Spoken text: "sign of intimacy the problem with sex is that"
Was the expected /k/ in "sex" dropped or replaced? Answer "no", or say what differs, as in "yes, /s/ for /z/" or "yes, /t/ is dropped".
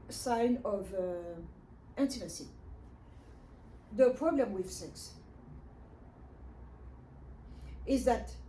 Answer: no